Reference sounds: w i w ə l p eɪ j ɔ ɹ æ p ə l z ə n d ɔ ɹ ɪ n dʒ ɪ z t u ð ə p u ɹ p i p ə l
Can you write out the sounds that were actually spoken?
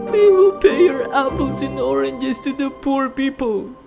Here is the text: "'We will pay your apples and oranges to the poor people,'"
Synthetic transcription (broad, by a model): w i w ə l p eɪ j ɔ ɹ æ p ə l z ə n ɔ ɹ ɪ n dʒ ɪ s t u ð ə p u ɹ p i p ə l